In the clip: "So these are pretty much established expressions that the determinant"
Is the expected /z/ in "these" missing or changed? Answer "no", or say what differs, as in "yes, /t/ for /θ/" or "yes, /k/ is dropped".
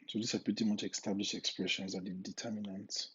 yes, /s/ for /z/